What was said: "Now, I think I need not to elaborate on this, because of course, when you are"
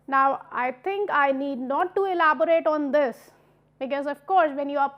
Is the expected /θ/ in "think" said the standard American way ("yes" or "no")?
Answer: no